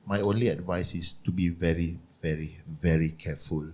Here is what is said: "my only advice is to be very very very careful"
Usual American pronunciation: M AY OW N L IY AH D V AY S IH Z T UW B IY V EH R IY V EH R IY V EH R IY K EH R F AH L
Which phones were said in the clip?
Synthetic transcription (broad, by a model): M AY OW N L IY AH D V AY S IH S T UW B IY V EH R IY V EH R IY V EH R IY K EH F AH L